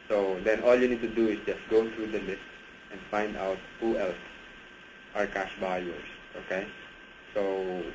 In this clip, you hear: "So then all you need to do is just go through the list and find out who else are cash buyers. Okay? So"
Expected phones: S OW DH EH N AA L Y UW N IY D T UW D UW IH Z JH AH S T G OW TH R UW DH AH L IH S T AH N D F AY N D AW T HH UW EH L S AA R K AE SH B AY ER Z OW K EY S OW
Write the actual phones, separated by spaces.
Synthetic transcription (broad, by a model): S OW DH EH N AA L Y UW N IY D T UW D UW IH S JH AH S T G OW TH R UW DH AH L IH S T AH N D F AY N D AW T HH UW EH L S AA R K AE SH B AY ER S OW K EY S OW